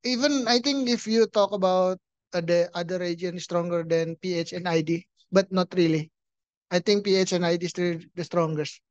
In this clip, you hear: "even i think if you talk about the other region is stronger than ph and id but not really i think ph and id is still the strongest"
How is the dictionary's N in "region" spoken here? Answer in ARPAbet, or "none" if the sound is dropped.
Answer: none